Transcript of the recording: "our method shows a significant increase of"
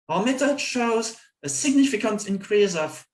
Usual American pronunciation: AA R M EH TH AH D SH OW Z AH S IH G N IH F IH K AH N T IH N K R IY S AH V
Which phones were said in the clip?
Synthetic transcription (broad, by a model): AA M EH T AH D SH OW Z AH S IH G N IH F IH K AH N T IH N K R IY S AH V